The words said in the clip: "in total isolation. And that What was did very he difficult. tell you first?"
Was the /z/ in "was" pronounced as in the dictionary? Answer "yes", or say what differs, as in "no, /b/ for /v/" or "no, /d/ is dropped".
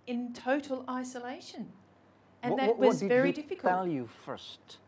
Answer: yes